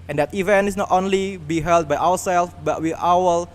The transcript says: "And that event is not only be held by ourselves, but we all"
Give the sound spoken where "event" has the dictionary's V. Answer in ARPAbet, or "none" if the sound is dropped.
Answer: V